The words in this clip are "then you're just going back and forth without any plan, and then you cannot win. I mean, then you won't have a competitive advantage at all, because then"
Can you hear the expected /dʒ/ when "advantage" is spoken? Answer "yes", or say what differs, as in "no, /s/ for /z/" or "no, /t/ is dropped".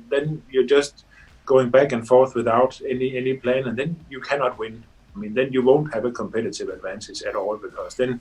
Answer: no, /z/ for /dʒ/